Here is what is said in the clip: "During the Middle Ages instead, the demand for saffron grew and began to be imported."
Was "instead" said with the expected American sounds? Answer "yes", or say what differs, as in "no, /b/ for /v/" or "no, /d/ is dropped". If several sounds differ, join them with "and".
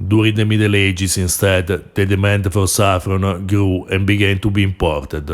yes